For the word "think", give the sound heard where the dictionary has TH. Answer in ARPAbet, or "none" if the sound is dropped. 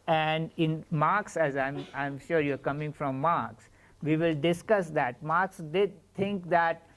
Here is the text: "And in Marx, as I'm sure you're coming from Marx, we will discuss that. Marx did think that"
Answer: T